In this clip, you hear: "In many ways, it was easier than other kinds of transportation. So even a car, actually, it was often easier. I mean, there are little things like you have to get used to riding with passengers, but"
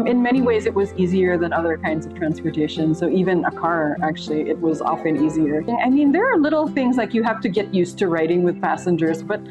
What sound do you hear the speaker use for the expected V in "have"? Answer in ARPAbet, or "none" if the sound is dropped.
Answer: F